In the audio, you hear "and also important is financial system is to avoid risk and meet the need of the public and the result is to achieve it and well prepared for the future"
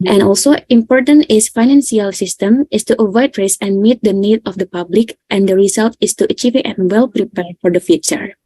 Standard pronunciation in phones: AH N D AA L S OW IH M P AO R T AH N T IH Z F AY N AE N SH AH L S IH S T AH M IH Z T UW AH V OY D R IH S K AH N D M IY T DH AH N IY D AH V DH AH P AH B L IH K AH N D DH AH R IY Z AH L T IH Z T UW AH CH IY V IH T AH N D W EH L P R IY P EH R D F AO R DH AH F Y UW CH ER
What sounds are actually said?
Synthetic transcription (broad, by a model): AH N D AA L S OW IH M P AO R T AH N T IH S F AY N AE N S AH L S IH S T AH M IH S T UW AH V OY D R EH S AH N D M IY T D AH N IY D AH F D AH P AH B L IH K AH N D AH R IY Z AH L T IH S T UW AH CH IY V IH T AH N W EH L P R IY P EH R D F AO R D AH F Y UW CH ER